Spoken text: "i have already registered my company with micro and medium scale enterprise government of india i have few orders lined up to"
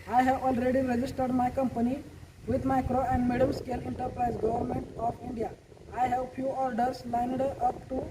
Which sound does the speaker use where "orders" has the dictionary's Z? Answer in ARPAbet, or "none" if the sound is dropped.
S